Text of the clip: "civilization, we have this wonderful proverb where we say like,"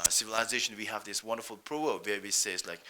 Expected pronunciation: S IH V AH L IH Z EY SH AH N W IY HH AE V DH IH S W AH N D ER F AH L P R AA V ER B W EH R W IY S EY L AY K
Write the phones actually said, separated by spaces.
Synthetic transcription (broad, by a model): S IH V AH L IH Z EY SH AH N W IY HH AE V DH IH S W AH N D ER F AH L P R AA ER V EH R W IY S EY L AY K